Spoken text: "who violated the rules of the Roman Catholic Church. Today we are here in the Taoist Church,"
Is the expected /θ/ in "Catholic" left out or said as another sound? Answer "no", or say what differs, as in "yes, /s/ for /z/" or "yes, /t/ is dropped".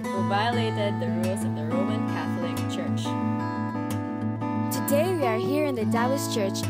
no